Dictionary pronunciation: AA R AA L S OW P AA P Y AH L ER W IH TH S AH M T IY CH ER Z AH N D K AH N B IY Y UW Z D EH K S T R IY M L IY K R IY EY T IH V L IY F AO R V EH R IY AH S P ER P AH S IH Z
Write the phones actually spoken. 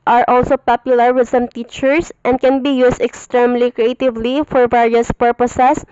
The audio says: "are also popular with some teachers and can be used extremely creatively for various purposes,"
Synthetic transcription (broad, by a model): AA R AA L S OW P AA P Y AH L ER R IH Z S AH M T IY CH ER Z AH N D K AH N B IY Y UW S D EH K S T R IY M L IY K R IY EY T IH V L IY F AO R V EH R IY AH S P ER P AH S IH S